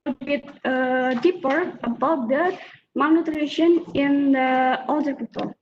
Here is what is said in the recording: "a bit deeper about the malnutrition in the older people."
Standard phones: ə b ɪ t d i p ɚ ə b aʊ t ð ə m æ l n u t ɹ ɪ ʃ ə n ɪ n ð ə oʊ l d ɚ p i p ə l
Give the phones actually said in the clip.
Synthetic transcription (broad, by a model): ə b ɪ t d i p ɚ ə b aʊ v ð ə m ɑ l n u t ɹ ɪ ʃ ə n ɪ n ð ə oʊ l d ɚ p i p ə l